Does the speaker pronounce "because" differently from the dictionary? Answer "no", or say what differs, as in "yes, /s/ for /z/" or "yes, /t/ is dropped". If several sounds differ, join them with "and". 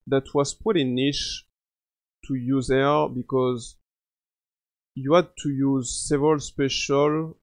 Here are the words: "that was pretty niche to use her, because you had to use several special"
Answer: no